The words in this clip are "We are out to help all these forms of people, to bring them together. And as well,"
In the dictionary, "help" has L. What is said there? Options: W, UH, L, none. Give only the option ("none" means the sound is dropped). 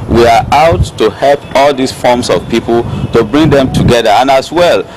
L